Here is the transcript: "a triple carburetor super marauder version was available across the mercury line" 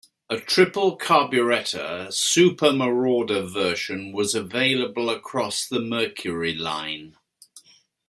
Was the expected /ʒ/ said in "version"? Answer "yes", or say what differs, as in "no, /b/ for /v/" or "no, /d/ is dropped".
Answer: no, /ʃ/ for /ʒ/